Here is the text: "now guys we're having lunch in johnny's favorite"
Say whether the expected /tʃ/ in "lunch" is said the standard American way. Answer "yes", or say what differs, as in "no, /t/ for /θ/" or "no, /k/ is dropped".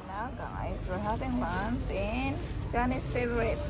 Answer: no, /s/ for /tʃ/